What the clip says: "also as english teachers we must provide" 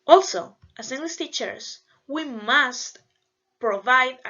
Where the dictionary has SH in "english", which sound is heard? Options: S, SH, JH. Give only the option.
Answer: S